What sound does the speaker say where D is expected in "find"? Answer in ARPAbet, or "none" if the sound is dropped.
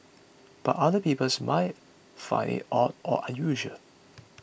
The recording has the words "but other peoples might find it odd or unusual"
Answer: none